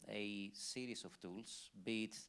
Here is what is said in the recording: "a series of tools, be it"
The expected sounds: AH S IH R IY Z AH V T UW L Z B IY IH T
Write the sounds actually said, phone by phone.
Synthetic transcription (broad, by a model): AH S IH R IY S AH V T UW L S B IY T